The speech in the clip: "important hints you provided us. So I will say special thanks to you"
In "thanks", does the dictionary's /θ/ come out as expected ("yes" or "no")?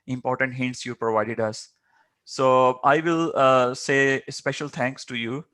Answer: no